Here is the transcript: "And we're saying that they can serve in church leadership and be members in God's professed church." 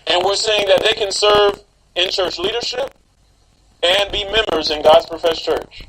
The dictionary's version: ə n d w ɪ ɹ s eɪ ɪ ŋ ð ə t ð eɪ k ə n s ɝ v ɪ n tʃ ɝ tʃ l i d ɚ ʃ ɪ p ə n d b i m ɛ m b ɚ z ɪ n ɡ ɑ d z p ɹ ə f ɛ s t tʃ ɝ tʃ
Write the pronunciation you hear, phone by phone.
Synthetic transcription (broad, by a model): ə n w ɪ ɹ s eɪ ɪ ŋ ð ə t ð eɪ k ə n s ɝ v ɪ n tʃ ɝ tʃ l i d ɚ ʃ ɪ p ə n b i m ɛ m b ɚ z ɪ n ɡ ɑ d z p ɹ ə f ɛ s tʃ ɝ tʃ